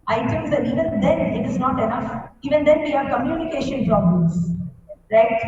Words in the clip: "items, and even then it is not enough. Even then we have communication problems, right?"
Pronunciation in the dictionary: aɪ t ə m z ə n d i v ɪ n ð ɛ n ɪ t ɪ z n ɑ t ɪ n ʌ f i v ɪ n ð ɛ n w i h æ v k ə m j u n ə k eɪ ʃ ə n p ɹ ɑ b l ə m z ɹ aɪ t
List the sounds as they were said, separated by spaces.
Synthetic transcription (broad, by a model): aɪ t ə m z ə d i v ɪ n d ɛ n ɪ t ɪ z n ɑ t ɪ n ʌ f i v ɪ n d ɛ n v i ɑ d k ə m j u n ə k eɪ ʃ ə n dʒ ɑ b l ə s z ɹ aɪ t